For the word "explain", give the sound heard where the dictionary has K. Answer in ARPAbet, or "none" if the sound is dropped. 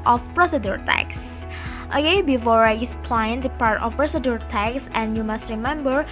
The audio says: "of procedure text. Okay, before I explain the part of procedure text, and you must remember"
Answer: none